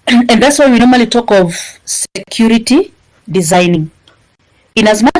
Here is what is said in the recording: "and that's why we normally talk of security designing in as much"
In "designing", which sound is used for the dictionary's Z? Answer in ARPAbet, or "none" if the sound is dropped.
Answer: Z